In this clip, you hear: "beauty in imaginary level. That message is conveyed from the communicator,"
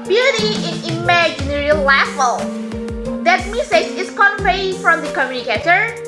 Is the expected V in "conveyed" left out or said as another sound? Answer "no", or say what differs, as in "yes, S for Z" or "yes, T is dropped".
yes, P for V